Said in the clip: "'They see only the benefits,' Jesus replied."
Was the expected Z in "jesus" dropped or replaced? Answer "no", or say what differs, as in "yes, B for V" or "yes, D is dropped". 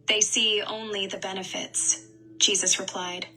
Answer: no